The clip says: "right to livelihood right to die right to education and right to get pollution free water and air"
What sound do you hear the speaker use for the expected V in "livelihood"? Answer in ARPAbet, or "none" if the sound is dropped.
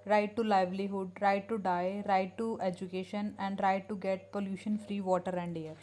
V